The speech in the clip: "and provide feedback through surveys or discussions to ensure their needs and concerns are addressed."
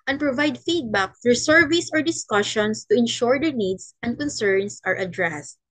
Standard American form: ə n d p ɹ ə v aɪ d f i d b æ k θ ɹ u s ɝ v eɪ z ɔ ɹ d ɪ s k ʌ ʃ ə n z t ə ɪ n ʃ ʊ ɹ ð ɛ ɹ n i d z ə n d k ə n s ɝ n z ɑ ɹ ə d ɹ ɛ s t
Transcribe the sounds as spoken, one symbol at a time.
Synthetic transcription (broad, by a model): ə n p ɹ ə v aɪ d f i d b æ k f ɹ s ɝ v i s ɔ ɹ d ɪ s k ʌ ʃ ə n s t ə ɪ n ʃ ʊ ɹ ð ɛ ɹ n i d s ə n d k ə n s ɝ n s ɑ ɹ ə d ɹ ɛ s t